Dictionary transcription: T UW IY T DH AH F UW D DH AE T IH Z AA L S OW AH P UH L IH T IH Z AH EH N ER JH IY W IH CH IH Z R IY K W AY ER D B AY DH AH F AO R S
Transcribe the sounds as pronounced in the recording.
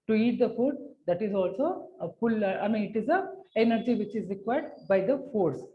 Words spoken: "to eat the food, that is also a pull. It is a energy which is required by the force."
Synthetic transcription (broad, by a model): T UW IY T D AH F UW D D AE T IH Z AA L S OW AH F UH L IH T IH Z AH EH N ER JH IY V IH CH IH Z R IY K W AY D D B AY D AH F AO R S